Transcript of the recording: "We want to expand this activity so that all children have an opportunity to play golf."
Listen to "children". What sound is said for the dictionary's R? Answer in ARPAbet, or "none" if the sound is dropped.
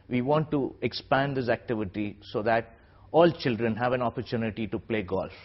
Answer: R